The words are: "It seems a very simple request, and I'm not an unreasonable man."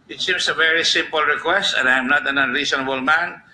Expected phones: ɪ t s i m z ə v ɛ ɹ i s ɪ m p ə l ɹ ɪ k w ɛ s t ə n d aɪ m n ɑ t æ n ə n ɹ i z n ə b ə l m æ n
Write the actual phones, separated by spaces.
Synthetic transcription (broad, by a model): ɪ t s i m s ə v ɛ ɹ i s ɪ m p ə l ɹ ɪ k w ɛ s t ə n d aɪ m n ɑ t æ n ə n ɹ i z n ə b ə l m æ n